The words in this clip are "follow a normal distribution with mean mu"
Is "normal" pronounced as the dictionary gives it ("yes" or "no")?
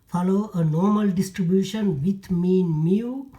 yes